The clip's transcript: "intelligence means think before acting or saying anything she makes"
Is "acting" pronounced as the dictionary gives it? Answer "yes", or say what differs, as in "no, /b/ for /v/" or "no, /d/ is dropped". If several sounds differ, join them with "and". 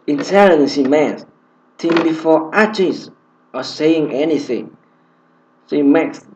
no, /k/ is dropped